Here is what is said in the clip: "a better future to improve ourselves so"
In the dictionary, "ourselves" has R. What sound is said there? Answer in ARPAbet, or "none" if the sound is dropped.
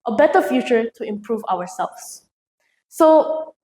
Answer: W